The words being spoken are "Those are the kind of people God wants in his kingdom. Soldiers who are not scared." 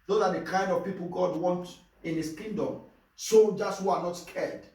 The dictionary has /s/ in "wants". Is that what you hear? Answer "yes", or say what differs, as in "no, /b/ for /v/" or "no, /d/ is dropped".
no, /s/ is dropped